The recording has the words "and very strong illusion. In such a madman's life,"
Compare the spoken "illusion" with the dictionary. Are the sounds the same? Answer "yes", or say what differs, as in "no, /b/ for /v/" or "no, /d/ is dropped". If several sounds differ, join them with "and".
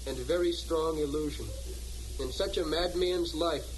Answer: yes